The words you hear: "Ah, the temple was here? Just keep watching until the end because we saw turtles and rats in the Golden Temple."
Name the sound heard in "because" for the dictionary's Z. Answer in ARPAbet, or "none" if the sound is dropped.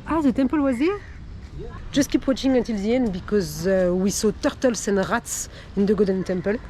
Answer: Z